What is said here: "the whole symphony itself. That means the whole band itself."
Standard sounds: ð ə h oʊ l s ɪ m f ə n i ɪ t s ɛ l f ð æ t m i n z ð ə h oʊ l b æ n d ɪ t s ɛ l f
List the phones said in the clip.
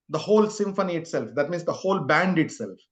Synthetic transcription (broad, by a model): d ə h oʊ l s ɪ m f ə n i ɪ t s ɛ l f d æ t m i n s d ə h oʊ l b æ n d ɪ t s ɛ l f